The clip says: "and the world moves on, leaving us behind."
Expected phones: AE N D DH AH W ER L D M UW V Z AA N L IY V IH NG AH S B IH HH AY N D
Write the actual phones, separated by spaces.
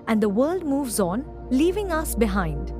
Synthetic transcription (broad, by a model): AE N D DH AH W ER L D M UW V Z AA N L IY V IH NG AH S B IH HH AY N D